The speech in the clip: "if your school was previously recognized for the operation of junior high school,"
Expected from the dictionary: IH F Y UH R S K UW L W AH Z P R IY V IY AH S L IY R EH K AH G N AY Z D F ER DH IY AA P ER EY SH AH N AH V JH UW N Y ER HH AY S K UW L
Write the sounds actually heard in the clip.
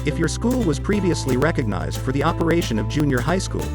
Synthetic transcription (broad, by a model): IH F Y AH R S K UW L W AH Z P R IY V IY AH S L IY R EH K AH G N AY Z D F ER DH IY AA P ER EY SH AH N AH V JH UW N Y ER HH AY S K UW L